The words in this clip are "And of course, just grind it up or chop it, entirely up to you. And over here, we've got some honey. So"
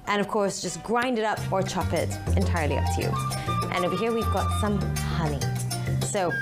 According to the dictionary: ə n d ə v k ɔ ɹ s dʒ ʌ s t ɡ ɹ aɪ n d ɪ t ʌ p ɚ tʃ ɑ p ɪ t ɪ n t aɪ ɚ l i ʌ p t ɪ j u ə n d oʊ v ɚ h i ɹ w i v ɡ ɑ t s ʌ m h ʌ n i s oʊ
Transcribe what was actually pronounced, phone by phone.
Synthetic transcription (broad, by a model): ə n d ə v k ɔ ɹ s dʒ ʌ s ɡ ɹ aɪ n d ɪ t ʌ p ɚ tʃ ɑ p ɪ t ɪ n t aɪ ɚ l i ʌ p t ɪ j u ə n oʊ b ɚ h i ɹ w i v ɡ ɑ t s ʌ m h ʌ n i s oʊ